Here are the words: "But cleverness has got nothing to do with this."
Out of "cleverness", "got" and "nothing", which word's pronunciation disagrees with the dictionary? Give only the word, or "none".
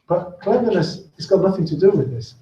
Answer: cleverness